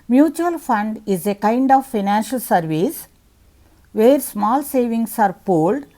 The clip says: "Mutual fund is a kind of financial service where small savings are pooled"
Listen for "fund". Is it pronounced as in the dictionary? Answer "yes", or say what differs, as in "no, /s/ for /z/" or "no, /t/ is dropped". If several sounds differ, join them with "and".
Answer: yes